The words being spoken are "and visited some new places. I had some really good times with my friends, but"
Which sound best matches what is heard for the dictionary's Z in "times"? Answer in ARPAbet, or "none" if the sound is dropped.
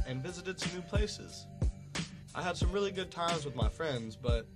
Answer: Z